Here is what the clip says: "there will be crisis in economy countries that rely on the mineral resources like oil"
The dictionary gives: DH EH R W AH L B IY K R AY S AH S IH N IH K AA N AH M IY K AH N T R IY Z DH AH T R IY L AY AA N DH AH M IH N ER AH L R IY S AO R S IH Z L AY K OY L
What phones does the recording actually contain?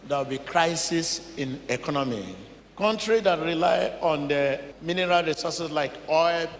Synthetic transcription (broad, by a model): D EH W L B IY K R AY S AH S IH N IH K AA N AH M IY K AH N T R IY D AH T R IY L AY AA N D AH M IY N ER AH L R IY S AO S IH S L AY K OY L